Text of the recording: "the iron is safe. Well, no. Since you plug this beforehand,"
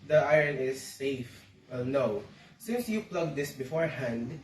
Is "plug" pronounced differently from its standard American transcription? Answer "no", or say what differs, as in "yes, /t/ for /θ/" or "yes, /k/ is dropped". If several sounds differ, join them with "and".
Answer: no